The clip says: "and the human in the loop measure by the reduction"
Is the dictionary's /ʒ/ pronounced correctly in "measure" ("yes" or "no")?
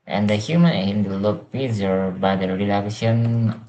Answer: no